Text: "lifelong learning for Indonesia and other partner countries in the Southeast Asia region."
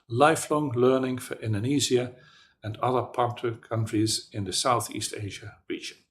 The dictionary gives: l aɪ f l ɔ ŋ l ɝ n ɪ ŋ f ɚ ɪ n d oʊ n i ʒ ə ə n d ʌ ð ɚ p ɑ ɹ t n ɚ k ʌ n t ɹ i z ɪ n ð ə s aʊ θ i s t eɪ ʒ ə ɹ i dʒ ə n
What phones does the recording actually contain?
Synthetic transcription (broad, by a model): l aɪ f l ɔ ŋ l ɝ n ɪ ŋ f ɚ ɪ n d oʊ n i z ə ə n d ʌ ð ɚ p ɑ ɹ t ɚ k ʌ n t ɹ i z ɪ n ð ə s aʊ θ i s t eɪ ʒ ə ɹ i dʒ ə n